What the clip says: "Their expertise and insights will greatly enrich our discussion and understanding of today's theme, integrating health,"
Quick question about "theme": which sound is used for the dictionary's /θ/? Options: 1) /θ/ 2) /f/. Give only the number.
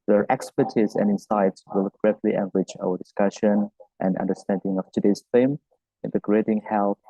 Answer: 2